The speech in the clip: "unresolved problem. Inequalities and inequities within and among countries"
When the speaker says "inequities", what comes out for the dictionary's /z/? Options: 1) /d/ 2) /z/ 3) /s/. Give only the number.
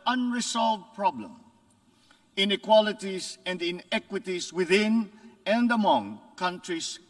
3